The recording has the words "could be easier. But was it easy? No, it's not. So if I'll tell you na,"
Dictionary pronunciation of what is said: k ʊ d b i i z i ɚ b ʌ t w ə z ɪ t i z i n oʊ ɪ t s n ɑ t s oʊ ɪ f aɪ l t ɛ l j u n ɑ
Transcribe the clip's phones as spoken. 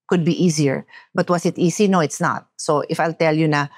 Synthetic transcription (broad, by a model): k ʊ d b i i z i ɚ b ʌ t w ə s ɪ t i s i n oʊ ɪ t s n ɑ t s oʊ ɪ f aɪ l t ɛ l j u n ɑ